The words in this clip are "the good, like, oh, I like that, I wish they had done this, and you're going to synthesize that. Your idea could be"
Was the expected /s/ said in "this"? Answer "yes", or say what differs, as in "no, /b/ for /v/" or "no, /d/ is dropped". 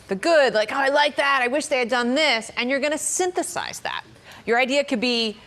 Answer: yes